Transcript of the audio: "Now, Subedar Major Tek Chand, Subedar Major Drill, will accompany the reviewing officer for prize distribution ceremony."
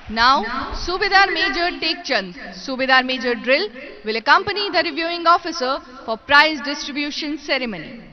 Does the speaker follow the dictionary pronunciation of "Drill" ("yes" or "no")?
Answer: yes